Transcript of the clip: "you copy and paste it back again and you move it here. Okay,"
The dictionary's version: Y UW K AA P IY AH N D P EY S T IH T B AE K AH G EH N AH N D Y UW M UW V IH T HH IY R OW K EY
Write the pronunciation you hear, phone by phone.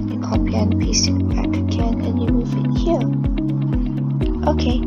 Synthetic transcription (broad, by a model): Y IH K AA P IY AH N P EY S IH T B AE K AH G EH N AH N Y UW M UW V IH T HH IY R OW K EY